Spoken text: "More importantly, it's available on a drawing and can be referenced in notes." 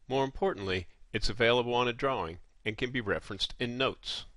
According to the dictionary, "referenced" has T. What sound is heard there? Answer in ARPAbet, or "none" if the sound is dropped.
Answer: T